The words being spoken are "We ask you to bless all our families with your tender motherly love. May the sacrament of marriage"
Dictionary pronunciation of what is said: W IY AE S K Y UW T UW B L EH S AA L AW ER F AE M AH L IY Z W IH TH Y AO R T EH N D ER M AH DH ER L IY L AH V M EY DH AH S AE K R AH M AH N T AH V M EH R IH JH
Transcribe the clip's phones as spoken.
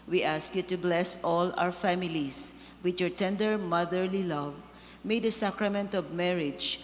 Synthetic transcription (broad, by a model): W IY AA S K Y UW T UW B L EH S AA L AW ER F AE M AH L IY S W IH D Y AO R T EH N D ER M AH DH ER L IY L AH V M EY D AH S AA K R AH M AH N T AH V M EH R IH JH